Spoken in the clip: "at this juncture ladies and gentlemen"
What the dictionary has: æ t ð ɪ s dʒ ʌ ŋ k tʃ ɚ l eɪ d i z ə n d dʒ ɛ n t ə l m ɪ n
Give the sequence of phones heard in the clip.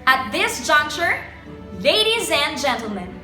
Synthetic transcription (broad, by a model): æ t ð ɪ s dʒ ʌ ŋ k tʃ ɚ l eɪ d i z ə n dʒ ɛ n t l m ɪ n